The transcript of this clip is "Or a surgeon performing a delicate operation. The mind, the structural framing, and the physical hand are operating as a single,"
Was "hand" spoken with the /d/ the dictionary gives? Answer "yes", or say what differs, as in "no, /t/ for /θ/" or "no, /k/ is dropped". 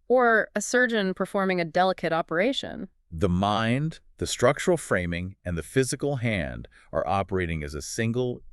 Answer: yes